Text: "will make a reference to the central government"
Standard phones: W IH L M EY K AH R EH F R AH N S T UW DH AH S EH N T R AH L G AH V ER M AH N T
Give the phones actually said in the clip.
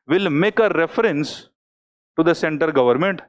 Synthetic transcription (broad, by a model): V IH L M EY K AH R EH F R AH N S T UW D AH S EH N T AH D G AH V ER M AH N T